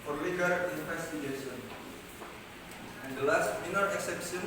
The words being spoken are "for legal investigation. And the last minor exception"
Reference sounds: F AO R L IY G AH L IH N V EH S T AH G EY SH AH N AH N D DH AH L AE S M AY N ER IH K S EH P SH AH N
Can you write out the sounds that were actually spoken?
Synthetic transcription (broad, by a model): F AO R L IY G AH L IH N F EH S T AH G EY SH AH N AH N D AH L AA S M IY N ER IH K S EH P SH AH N